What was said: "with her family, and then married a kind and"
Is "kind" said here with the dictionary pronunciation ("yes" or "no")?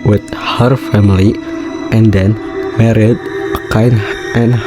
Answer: no